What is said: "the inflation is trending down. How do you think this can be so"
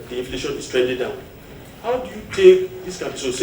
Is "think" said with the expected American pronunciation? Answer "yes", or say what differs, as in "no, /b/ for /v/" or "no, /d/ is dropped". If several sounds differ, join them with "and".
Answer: no, /t/ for /θ/ and /ŋ/ is dropped